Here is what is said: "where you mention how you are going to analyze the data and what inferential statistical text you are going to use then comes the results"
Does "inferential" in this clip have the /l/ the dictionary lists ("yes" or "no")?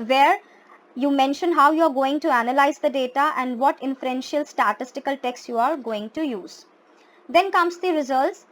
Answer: yes